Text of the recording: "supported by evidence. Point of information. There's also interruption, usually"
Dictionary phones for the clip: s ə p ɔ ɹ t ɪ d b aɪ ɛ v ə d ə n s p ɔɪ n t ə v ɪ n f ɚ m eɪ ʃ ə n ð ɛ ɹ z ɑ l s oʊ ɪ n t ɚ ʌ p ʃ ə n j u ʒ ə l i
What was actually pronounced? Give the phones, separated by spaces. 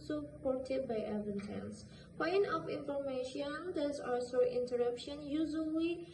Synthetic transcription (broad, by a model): s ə p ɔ ɹ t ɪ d b aɪ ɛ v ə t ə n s p ɔɪ n t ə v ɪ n f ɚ m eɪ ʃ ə n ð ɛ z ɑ s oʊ ɪ n t ɚ ʌ p ʃ ə n j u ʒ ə l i